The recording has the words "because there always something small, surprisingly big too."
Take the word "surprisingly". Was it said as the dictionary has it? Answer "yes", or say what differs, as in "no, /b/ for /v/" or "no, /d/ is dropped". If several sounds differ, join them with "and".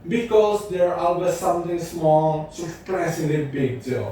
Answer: no, /s/ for /z/ and /ŋ/ is dropped